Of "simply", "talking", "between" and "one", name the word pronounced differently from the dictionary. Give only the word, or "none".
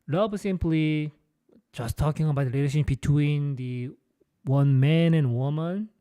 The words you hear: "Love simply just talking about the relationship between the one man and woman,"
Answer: none